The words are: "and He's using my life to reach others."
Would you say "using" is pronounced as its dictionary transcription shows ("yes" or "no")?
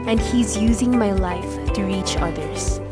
yes